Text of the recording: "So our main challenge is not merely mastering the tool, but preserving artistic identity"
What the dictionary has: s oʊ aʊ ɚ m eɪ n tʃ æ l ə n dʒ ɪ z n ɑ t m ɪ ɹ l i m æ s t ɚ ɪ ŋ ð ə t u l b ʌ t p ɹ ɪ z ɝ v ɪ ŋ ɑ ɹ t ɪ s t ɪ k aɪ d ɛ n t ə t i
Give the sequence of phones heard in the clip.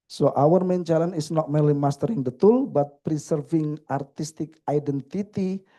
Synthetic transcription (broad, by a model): s oʊ aʊ ɚ m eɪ n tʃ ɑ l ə n ɪ s n ɑ t m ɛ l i m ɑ s t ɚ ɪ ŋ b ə t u l b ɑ t p ɹ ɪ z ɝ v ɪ ŋ ɑ ɹ t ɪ s t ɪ k aɪ d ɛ n t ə t i